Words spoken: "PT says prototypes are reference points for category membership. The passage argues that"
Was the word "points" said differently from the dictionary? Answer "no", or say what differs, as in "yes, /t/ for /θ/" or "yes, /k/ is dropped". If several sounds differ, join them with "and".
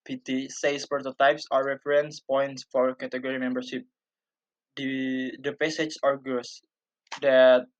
no